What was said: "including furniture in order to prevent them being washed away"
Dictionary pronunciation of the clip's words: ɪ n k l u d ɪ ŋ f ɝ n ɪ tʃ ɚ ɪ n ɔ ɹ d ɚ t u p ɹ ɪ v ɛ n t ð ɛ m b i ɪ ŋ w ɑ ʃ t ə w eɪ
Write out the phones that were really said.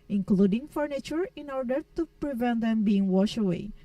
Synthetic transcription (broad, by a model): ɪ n k l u d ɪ ŋ f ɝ n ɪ tʃ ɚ ɪ n ɔ ɹ d ɚ t u p ɹ ɪ v ɛ n t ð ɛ m b i ɪ ŋ w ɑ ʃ ə w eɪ